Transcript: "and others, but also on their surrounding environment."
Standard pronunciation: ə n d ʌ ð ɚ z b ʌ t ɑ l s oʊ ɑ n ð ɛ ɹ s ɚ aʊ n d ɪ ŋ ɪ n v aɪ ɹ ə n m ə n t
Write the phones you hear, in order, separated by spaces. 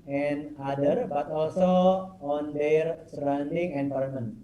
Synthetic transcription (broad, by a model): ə n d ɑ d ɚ b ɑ t ɑ l s oʊ ɑ n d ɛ ɹ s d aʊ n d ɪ ŋ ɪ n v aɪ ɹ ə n m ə n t